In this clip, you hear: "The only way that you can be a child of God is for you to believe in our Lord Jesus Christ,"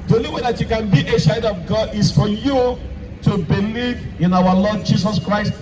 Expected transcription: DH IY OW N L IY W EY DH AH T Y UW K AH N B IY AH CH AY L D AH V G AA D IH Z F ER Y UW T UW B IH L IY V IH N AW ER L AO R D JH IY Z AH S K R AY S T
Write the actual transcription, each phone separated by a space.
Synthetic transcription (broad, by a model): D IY OW N L IY W EY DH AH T Y UW K AH N B IY AH SH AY D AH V G AA D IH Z F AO Y UW T UW B IH L IY V IH N AW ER L AO D JH IY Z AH S K R AY S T